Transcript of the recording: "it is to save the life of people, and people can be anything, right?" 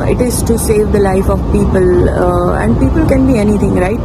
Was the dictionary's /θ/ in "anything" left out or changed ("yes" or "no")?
yes